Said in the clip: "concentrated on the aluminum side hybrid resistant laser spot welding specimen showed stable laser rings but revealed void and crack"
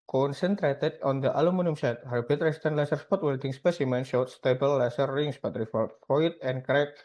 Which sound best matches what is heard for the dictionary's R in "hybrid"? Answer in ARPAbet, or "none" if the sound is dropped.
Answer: none